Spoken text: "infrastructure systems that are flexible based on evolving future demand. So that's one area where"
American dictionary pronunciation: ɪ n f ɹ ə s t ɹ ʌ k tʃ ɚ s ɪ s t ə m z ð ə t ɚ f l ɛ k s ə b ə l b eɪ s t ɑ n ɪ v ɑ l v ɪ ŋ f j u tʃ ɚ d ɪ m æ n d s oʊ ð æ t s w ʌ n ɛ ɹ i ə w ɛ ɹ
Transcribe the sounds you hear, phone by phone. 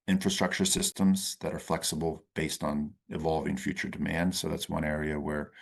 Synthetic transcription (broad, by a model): ɪ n f ɹ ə s t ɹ ʌ k tʃ ɚ s ɪ s t ə m z ð ə t ɚ f l ɛ k s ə b l b eɪ s t n ɪ v ɑ l v ɪ ŋ f j u tʃ ɚ d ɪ m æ n d s oʊ ð æ t s w ʌ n ɛ ɹ i ə w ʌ ɹ